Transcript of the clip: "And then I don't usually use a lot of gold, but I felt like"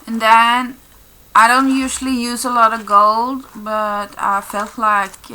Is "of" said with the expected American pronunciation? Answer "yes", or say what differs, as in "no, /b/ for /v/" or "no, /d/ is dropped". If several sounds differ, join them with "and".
yes